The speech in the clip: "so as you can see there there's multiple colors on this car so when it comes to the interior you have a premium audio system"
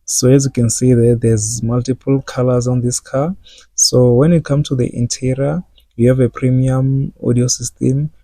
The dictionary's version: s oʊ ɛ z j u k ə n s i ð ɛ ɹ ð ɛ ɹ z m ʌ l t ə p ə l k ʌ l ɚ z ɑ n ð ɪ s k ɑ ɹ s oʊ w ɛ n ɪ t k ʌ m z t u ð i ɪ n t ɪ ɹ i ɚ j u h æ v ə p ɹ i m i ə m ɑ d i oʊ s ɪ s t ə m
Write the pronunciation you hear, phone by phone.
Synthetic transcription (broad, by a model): s oʊ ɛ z j u k ə n s i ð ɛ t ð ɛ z m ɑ l t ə p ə l k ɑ l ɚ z ɑ n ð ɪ s k ɑ s oʊ w ɛ n ɪ t k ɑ m t u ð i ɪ n t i ɹ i j u h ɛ v ə p ɹ i m i ə m ɑ d i oʊ s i s t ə m